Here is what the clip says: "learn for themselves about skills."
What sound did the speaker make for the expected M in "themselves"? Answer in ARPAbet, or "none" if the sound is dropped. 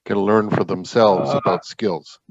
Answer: M